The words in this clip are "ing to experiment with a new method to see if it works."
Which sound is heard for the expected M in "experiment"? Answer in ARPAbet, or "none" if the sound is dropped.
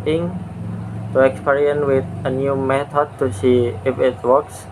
none